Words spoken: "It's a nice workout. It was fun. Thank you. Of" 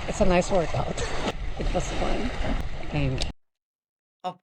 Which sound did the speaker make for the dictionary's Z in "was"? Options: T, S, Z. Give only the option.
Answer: S